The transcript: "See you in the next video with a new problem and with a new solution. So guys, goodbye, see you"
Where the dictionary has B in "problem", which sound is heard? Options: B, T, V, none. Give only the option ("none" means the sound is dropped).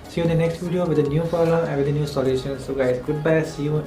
none